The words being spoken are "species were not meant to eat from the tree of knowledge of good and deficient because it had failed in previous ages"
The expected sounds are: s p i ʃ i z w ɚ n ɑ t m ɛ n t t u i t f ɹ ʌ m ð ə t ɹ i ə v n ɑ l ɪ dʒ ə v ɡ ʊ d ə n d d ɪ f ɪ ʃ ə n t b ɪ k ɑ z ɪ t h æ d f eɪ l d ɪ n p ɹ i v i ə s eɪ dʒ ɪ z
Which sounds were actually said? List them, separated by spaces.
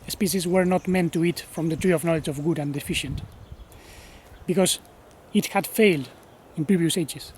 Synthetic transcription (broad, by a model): s p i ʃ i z w ɚ n ɑ t m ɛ n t t u i t f ɹ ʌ m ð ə t ɹ i ə v n ɑ l ɪ dʒ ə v ɡ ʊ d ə n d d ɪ f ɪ ʃ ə n t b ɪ k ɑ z ɪ t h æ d f eɪ l d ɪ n p ɹ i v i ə s eɪ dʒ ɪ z